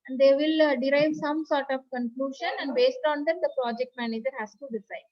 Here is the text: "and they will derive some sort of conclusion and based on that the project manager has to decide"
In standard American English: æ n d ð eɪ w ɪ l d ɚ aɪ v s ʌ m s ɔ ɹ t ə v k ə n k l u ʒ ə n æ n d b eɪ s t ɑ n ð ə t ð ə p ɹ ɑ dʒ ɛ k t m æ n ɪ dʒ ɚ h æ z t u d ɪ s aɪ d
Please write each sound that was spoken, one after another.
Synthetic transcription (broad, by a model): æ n d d eɪ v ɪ l d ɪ aɪ v s ʌ m s ɔ ɹ t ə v k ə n k l u ʃ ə n æ n d b eɪ s t ɑ n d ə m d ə p ɹ ɑ dʒ ɛ k t m æ n ɪ dʒ ɚ h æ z t u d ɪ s aɪ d